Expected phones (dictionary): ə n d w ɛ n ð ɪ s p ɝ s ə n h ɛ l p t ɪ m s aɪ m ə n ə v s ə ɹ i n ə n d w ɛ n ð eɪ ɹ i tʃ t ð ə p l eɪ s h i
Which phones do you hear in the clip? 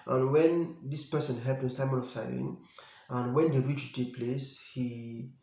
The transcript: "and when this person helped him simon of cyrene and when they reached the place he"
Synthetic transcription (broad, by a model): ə n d w ɛ n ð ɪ s p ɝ s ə n h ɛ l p ɪ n s aɪ m ə n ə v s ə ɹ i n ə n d w ɛ n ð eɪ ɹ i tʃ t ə p l eɪ s h i